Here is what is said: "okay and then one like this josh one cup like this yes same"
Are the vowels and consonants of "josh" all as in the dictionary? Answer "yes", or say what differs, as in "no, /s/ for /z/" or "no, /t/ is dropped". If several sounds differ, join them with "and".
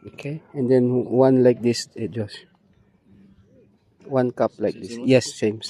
no, /s/ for /ʃ/